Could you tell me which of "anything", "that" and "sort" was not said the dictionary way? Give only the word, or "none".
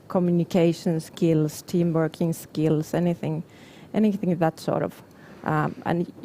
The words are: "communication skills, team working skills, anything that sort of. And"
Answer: none